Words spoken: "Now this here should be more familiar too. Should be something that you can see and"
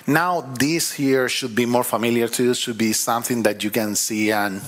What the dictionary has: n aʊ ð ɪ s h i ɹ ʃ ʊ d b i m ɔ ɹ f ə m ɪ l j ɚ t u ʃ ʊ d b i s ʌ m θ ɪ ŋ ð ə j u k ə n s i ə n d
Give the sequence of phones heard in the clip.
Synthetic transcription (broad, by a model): n aʊ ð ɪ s h i ɹ ʃ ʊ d b i m ɔ ɹ f ə m ɪ l j ɚ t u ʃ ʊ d b i s ʌ m θ ɪ ŋ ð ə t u k ə n s i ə n